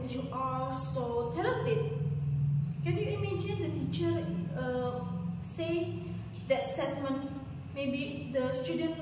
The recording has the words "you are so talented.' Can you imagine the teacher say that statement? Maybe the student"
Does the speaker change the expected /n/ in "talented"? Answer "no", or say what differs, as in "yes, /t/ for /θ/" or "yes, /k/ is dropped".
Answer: yes, /n/ is dropped